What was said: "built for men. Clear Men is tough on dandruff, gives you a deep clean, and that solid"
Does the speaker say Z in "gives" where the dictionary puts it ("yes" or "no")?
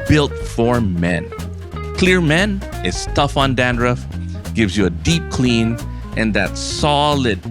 yes